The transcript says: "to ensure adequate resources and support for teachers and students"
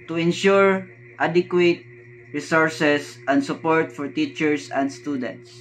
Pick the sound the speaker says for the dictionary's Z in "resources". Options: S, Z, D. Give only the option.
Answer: S